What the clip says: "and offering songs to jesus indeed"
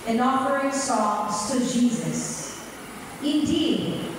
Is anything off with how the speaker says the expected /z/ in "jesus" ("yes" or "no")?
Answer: no